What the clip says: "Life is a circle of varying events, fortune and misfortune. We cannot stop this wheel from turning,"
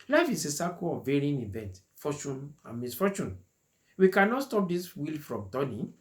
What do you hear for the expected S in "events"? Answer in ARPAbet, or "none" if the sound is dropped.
none